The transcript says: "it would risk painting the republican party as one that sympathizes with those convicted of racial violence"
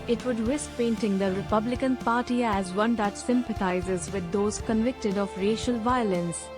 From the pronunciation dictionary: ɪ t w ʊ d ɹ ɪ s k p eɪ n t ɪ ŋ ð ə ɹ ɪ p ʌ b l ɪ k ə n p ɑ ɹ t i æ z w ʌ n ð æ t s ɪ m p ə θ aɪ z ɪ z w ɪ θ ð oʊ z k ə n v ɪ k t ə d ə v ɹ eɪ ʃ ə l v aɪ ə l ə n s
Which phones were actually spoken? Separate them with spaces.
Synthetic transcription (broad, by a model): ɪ t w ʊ d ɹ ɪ s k p eɪ n t ɪ ŋ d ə ɹ ɪ p ʌ b l ɪ k ə n p ɑ ɹ t i æ z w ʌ n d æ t s ɪ m p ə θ aɪ z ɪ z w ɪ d oʊ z k ə n v ɪ k t ə d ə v ɹ eɪ ʃ ə l v aɪ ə l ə n s